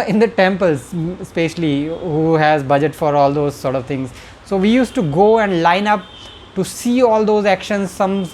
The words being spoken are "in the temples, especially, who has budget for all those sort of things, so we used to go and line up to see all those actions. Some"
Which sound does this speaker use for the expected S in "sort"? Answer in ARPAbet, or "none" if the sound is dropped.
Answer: S